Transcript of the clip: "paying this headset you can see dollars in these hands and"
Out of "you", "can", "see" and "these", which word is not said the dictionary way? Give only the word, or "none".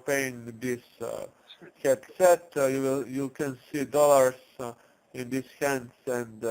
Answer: these